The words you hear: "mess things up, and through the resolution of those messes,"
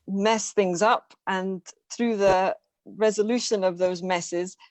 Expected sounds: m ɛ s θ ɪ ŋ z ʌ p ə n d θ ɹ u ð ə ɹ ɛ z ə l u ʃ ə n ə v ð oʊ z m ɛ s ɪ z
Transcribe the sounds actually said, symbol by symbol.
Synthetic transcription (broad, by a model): m ɛ s θ ɪ ŋ z ʌ p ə n θ ɹ u ð ə ɹ ɛ z ə l u ʃ ə n ə v ð oʊ z m ɛ s ɪ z